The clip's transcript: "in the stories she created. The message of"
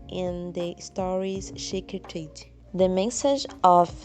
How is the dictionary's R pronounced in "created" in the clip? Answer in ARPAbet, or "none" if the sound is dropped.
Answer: none